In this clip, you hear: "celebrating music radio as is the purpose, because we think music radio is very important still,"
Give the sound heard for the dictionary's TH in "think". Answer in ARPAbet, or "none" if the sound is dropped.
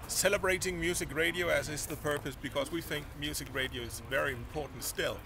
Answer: TH